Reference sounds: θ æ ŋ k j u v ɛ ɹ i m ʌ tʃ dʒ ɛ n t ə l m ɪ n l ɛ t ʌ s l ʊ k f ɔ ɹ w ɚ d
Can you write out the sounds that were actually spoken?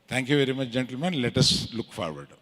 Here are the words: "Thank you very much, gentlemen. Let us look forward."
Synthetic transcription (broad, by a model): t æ ŋ k j u v ɛ ɹ i m ʌ tʃ dʒ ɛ n t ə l m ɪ n l ɛ t ʌ s l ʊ k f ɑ ɹ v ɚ d